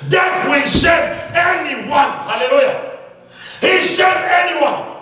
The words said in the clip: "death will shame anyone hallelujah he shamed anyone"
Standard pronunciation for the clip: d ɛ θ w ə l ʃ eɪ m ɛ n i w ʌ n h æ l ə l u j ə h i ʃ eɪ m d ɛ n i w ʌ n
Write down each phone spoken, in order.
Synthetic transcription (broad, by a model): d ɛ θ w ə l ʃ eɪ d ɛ n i w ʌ n h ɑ l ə l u j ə h i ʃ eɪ d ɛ n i w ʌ n